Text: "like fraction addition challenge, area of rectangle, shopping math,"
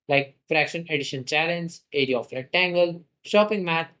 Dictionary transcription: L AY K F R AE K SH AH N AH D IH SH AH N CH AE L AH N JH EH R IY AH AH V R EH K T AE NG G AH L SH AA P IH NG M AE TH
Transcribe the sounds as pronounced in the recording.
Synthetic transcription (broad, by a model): L AY K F R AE K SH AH N AH D IH SH AH N CH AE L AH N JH EH R IY AH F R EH T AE NG G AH L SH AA P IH NG M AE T